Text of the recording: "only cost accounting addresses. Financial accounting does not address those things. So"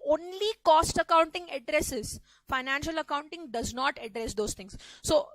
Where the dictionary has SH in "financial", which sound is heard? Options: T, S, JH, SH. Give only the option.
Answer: SH